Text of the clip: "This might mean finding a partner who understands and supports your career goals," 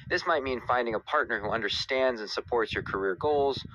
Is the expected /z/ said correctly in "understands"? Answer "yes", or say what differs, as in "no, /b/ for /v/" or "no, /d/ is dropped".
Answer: yes